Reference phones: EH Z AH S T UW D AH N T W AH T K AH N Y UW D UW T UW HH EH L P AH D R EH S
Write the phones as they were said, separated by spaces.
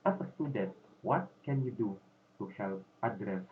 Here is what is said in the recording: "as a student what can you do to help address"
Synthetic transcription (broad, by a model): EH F AH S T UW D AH T W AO T K AH N Y UW D UW T UW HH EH L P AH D R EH S